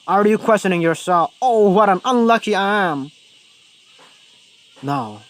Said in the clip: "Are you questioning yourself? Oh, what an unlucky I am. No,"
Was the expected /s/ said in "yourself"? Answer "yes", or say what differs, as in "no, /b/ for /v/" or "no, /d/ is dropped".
yes